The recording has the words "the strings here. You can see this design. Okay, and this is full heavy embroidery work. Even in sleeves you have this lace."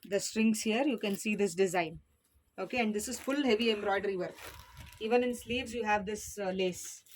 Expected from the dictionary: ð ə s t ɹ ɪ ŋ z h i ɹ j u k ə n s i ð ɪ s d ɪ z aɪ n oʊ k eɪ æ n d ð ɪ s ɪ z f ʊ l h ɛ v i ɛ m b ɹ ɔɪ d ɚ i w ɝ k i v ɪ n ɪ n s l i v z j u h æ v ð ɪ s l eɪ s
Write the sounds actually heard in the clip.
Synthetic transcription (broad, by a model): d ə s t ɹ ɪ ŋ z h i ɹ j u k ə n s i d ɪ s d ɪ z aɪ n oʊ k eɪ æ n d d ɪ s ɪ z f ʊ l h ɛ v i ɛ m b ɹ ɔɪ d ɚ i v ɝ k i v ɪ n ɪ n s l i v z j u h æ v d ɪ s l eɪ s